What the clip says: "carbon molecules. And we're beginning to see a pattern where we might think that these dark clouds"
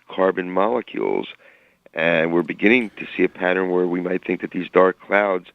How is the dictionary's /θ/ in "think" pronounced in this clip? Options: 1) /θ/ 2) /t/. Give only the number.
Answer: 1